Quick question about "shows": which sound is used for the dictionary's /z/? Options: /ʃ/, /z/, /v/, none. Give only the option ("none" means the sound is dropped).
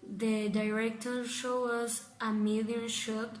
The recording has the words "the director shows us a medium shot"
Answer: none